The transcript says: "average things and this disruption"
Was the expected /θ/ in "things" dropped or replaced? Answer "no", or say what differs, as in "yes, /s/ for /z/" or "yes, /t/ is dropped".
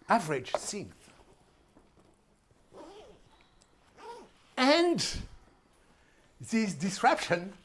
yes, /s/ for /θ/